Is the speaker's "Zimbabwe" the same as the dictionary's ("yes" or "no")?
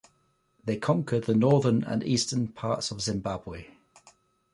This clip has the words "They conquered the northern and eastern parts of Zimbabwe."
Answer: yes